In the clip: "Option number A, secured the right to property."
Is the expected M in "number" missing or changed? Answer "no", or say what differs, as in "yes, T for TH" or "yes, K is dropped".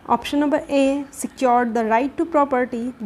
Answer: yes, M is dropped